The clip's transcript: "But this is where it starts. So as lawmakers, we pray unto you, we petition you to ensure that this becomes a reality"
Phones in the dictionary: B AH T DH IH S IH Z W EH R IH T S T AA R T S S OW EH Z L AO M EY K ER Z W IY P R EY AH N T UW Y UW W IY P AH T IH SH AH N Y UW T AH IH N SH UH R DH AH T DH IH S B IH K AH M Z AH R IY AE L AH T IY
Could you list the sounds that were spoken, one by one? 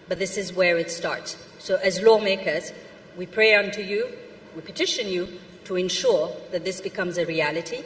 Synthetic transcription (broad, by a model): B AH T DH IH S IH Z W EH R IH T S T AA R T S S OW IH Z L AO M EY K ER Z W IY P R EY AH N T UW Y UW W IY P AH T IH SH AH N Y UW T AH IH N SH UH R DH AH T DH IH S B IH K AH M Z AH R IY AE L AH T IY